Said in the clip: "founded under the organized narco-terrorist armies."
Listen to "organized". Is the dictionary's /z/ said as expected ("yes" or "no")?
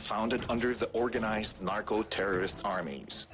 yes